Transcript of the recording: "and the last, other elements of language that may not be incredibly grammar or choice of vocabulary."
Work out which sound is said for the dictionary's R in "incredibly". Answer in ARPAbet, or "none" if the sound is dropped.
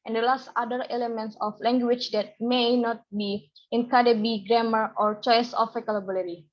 none